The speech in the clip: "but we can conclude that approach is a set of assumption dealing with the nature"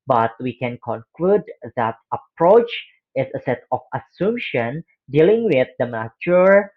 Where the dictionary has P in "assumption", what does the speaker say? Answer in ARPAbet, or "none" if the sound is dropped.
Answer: none